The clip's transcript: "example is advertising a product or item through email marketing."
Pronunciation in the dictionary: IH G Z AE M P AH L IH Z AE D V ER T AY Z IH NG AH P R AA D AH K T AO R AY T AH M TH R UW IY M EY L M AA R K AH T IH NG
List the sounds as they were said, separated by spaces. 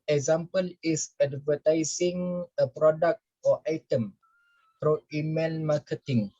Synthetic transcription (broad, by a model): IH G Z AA M P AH L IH S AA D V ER T AY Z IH NG AH P R AA D AH K T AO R AY T AH M F R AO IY M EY N M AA K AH T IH NG